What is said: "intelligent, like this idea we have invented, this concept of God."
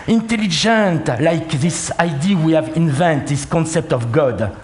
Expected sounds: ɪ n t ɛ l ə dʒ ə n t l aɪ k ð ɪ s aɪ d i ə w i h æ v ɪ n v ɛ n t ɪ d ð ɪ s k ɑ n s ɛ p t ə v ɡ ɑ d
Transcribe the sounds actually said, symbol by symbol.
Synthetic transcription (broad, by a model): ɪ n t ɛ l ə dʒ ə n t l aɪ k ð ɪ s aɪ d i w i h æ v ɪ n v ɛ n t ð ɪ s k ɑ n s ɛ p t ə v ɡ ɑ d